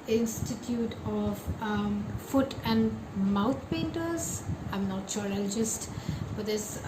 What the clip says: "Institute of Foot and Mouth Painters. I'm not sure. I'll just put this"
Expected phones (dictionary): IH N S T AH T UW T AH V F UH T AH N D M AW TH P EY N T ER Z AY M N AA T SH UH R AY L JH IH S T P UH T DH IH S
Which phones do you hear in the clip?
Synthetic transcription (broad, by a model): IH N S T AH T UW T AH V F UH T AH N D M AW T P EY N T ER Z AY M N AA T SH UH R AY L JH IH S T F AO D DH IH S